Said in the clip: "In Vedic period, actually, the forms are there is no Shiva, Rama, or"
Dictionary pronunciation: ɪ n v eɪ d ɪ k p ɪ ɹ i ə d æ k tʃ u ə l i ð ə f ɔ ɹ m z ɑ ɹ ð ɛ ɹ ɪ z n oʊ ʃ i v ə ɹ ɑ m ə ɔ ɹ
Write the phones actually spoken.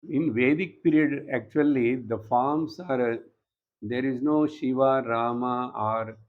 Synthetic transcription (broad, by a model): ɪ n v eɪ d ɪ k p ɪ ɹ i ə d æ k tʃ u ə l i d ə f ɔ ɹ m s ɑ ɹ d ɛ ɹ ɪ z n oʊ ʃ i v ə ɹ ɑ m ə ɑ ɹ